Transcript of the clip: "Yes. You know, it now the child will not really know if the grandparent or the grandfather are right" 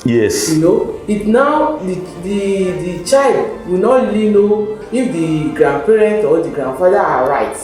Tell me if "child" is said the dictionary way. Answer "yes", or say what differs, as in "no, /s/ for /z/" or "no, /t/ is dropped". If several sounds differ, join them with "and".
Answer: yes